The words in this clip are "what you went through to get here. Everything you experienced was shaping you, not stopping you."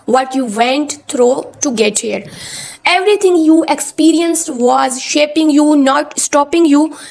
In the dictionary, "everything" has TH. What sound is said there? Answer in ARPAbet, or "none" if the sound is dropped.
T